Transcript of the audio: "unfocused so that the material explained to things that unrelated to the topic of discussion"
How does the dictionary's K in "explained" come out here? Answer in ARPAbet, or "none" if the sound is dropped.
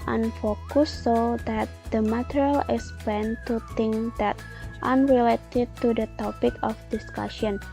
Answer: none